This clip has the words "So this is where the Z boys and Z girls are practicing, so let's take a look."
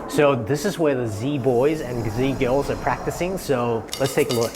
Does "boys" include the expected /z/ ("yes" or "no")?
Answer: yes